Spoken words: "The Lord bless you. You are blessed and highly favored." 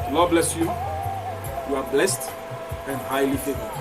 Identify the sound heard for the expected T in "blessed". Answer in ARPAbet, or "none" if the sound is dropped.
T